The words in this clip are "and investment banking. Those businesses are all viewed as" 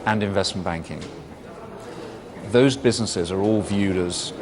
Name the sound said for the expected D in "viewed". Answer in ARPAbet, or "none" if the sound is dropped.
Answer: D